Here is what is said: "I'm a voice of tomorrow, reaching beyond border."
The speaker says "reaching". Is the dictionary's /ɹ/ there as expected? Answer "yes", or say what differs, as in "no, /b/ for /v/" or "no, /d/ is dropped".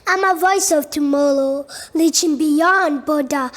no, /l/ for /ɹ/